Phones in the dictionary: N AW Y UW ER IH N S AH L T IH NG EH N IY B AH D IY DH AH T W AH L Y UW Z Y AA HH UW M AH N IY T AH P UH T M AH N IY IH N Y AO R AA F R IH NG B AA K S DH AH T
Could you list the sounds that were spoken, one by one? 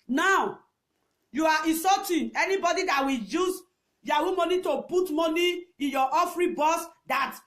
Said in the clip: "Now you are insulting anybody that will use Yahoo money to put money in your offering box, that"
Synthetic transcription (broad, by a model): N AW Y UW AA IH S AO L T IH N EH N IY B AH D IY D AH T W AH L Y UW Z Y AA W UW M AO N IY T AH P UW T M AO N IY IH N Y AO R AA F R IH B AA S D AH T